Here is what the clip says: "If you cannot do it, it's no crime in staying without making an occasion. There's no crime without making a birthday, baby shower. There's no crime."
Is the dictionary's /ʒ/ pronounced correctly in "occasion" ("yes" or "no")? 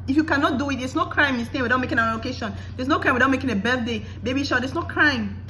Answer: no